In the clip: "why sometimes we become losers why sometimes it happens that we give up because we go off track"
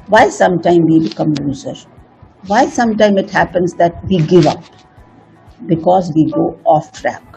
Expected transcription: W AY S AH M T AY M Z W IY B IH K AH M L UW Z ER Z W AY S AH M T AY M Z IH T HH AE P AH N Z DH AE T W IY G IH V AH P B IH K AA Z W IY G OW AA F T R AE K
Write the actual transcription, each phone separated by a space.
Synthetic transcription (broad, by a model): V AY S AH M T AY M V IY B IH K AH M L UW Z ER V AY S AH M T AY M IH T HH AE P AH N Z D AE T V IY G IH V AH P B IH K AA Z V IY G OW AA F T R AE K